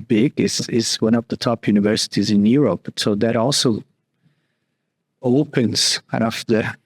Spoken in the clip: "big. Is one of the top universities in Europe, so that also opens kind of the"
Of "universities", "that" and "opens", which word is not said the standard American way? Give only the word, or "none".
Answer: none